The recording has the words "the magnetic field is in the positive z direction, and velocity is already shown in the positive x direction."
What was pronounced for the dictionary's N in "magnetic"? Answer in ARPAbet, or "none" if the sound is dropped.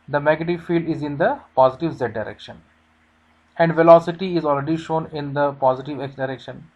none